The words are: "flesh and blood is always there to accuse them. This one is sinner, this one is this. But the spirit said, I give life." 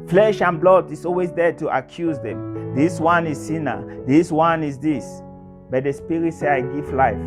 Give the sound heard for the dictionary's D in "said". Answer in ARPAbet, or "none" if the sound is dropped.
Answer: none